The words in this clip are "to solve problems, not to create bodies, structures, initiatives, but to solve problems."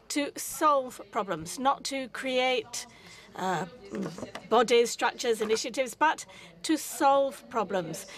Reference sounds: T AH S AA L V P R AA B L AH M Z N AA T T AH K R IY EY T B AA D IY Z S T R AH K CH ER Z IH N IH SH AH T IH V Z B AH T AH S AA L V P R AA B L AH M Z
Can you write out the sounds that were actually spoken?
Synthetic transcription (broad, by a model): T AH S AA L V P R AA B L AH M Z N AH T T AH K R IY EY T B AA D IY Z S T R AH K CH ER Z IH N IH SH AH T IH V Z B AH T AH S AA L V P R AA B L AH M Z